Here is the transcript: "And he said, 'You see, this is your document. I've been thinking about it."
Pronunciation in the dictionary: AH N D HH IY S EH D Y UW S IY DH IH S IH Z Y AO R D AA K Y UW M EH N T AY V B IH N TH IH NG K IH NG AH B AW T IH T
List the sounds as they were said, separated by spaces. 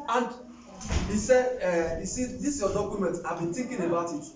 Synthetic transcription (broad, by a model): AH N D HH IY S EH D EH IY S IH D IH S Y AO D AA K Y UW M EH N T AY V B IH N T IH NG K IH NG AH B AW T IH T